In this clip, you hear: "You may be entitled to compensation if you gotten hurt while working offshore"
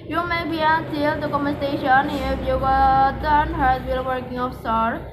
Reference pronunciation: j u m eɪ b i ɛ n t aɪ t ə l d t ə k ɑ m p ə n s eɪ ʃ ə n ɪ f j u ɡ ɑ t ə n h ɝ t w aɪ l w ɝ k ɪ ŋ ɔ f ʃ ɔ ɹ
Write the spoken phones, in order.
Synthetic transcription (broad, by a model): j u m eɪ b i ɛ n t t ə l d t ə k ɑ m ə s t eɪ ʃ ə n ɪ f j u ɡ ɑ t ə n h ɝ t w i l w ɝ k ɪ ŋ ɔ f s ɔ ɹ